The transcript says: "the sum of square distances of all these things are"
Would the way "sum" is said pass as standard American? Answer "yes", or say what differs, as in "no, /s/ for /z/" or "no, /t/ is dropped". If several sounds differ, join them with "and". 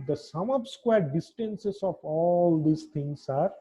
yes